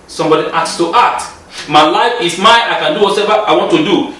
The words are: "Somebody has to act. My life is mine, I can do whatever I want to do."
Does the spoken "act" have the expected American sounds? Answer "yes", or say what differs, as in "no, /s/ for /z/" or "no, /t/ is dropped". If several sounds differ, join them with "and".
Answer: no, /k/ is dropped